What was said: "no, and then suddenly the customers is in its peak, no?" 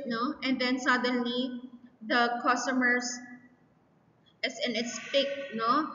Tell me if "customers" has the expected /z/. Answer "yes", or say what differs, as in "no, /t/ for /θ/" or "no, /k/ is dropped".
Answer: no, /s/ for /z/